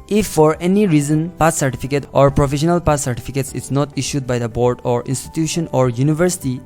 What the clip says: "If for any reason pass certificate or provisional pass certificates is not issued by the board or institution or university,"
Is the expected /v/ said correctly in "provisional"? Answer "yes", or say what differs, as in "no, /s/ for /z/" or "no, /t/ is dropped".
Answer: no, /f/ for /v/